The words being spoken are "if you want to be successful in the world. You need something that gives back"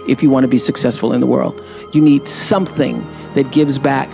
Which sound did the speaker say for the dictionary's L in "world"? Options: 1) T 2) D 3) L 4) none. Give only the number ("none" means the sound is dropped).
3